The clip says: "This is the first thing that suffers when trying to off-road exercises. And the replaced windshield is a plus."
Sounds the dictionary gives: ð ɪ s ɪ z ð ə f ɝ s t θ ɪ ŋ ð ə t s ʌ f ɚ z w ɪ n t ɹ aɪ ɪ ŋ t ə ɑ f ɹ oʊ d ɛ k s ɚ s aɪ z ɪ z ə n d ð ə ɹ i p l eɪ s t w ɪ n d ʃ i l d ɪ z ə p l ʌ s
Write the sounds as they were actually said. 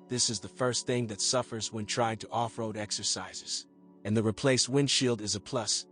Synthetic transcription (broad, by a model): ð ɪ s ɪ z ð ə f ɝ s t θ ɪ ŋ ð ə t s ʌ f ɚ z w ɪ n t ɹ aɪ ɪ ŋ t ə ɑ f ɹ oʊ d ɛ k s ɚ s aɪ z ɪ z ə n ð ə ɹ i p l eɪ s t w ɪ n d ʃ i l d ɪ z ə p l ʌ s